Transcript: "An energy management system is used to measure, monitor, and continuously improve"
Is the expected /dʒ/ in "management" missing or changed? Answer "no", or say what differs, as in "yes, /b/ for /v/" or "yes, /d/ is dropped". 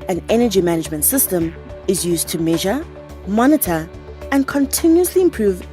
no